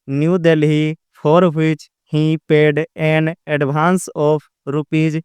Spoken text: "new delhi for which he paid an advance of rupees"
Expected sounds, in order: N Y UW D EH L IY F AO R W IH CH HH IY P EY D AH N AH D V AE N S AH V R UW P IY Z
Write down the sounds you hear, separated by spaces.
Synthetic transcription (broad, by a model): N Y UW D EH L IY P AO R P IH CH HH IY P EY D AH N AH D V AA N S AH P R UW P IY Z